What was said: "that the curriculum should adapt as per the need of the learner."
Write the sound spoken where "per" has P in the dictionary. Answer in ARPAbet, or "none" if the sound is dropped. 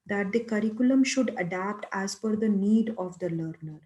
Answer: F